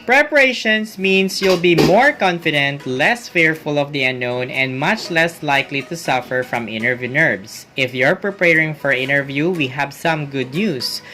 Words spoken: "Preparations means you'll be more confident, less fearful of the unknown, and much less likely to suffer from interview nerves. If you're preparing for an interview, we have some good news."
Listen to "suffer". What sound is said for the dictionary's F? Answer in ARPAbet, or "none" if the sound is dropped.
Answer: F